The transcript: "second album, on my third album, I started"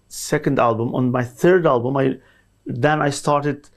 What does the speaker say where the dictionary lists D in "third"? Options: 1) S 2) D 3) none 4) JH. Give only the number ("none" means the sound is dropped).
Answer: 2